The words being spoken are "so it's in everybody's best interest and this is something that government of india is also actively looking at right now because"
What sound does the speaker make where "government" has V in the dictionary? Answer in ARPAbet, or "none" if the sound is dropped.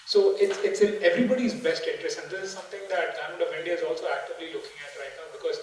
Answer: none